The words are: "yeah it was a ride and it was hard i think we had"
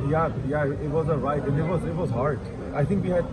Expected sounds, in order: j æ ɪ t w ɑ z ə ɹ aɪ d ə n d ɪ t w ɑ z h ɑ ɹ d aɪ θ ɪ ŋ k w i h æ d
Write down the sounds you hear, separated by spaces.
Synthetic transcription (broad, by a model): j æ ɪ t w ɑ z ə ɹ aɪ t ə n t ɪ t w ɑ z h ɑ ɹ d aɪ t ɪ ŋ k w i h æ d